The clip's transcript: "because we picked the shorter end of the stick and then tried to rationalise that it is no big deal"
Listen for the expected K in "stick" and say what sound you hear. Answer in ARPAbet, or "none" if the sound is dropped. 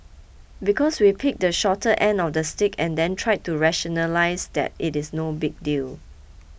K